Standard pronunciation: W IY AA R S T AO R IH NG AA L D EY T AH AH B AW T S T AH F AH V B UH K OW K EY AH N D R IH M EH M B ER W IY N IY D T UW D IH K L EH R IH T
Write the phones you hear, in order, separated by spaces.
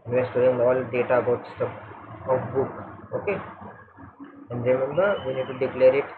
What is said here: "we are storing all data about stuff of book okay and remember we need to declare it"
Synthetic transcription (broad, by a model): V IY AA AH S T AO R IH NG AA L D EY T AH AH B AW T S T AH P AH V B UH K OW K EY AH N D R IH M EH M B ER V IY N IY D T UW D IH K L EH R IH T